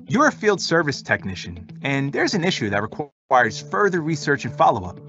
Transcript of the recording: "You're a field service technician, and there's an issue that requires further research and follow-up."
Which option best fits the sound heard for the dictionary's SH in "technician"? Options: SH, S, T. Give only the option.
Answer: SH